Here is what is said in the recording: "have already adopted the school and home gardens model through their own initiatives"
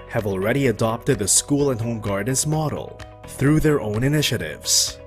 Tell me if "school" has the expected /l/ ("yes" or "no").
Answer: yes